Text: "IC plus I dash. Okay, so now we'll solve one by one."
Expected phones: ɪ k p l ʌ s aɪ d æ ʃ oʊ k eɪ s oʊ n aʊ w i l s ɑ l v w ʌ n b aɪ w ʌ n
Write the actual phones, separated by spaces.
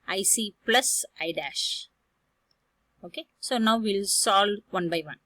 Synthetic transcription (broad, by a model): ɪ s p l ʌ s aɪ d æ ʃ oʊ k eɪ s oʊ n aʊ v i l s ɑ l v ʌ n b aɪ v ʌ n